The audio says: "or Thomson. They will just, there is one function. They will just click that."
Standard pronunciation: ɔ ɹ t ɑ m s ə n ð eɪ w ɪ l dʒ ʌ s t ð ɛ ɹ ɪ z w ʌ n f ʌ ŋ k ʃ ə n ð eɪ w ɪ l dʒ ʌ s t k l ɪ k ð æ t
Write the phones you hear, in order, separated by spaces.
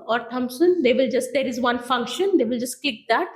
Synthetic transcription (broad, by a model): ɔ ɹ t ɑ m s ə n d eɪ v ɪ l dʒ ʌ s t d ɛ ɹ ɪ z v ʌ n f ʌ ŋ k ʃ ə n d eɪ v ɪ l dʒ ʌ s t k ɪ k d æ t